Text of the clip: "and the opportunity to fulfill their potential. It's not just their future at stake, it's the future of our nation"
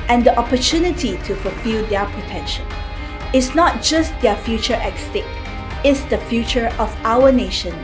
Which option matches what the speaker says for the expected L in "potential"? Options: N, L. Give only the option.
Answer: N